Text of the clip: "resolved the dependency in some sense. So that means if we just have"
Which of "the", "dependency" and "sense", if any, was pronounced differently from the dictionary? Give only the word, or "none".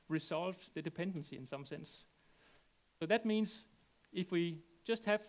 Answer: none